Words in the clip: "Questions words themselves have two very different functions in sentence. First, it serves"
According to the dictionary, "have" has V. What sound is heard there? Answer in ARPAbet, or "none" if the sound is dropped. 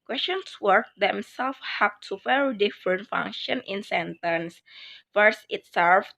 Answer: P